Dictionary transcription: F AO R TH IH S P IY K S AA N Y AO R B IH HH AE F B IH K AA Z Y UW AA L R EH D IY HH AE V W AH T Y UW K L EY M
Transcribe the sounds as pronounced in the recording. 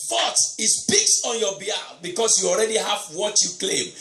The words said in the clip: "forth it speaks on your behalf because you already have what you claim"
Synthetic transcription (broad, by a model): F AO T IH S P IY K S AA N Y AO B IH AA B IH K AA S Y UW AA L R EH D IY HH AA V W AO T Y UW K L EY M